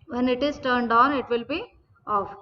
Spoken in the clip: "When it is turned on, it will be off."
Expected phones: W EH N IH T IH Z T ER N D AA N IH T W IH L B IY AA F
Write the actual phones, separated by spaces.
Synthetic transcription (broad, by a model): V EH N IH T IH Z T ER N D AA N IH T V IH L B IY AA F